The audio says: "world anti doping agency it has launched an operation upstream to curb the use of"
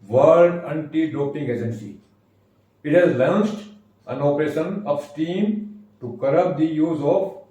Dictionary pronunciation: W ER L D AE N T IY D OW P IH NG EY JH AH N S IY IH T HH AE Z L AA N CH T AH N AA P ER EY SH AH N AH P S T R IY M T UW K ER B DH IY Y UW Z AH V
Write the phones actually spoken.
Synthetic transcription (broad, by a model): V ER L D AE N T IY D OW P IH NG EY JH AH N S IY IH T HH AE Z L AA N S T AH N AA P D EY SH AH N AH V S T IY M T UW K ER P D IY Y UW Z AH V